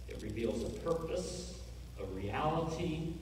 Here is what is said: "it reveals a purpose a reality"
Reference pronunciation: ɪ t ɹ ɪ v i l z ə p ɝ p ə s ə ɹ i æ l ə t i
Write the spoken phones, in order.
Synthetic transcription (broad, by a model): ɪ t ɹ ɪ v i l z ə p ɝ p ə s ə ɹ i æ l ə t i